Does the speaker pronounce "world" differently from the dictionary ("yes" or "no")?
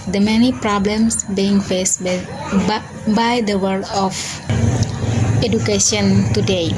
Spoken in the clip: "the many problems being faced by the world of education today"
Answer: yes